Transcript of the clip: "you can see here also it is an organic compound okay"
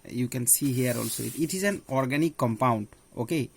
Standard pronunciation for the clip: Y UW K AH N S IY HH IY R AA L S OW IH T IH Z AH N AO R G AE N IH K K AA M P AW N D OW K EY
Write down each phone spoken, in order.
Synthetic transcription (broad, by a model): Y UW K AH N S IY HH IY R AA L S OW IH T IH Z AH N AO R G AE N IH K K AA M P AW N D OW K EY